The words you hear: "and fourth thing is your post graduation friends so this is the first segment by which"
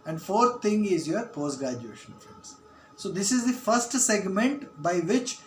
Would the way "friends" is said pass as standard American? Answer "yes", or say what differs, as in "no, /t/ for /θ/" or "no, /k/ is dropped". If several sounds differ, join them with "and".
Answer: no, /ɹ/ is dropped